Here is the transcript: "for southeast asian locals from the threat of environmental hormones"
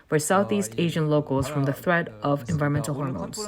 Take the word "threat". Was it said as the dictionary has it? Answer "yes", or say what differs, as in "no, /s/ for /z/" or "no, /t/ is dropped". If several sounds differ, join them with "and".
yes